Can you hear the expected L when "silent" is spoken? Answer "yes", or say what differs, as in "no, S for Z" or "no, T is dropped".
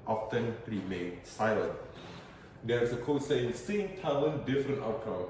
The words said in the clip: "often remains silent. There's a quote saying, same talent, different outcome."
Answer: yes